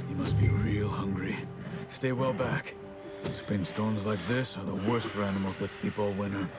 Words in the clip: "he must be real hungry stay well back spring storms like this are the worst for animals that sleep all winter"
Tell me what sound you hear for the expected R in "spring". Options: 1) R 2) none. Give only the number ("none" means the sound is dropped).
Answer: 2